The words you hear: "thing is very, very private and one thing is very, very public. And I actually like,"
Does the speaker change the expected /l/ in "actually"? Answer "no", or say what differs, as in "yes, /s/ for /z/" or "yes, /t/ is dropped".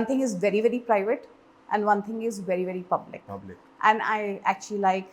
no